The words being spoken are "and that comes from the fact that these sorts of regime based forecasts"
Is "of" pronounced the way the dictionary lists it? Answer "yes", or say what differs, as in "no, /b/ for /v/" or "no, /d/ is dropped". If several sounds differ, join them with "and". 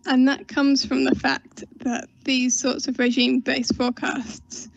yes